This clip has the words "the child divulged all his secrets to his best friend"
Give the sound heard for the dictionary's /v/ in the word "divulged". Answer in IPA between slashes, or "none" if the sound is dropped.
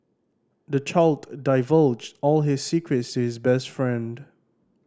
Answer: /v/